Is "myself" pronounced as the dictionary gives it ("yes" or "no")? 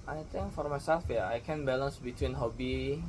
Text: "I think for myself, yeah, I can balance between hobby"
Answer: yes